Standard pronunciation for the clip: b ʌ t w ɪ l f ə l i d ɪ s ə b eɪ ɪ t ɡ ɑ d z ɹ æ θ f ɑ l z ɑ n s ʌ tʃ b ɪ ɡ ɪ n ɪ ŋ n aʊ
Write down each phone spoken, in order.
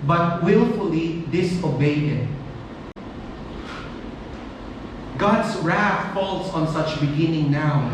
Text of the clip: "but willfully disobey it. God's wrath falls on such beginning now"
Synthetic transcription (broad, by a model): b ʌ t w ɪ l f ə l i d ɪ s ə b eɪ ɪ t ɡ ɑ d s ɹ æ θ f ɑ l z ɑ n s ʌ tʃ b ɪ ɡ ɪ n ɪ ŋ n aʊ